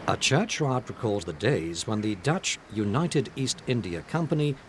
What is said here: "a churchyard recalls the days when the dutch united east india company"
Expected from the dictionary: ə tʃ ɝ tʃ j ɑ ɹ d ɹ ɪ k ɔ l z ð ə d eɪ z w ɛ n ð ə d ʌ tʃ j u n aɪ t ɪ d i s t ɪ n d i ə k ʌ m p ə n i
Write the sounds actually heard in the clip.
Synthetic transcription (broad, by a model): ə tʃ ɝ tʃ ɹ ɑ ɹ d ɹ ɪ k ɔ l z ð ə d eɪ z w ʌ n ð ə d ʌ tʃ j u n aɪ t ɪ d i s t ɪ n d i ə k ʌ m p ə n i